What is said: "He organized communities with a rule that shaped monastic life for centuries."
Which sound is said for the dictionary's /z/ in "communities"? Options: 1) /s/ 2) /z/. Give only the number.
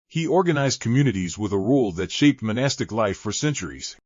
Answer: 2